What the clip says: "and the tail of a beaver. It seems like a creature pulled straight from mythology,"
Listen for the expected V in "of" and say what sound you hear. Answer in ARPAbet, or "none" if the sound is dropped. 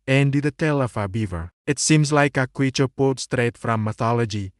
F